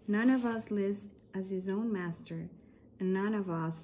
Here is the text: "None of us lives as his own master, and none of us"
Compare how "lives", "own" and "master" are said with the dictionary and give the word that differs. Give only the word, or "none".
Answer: none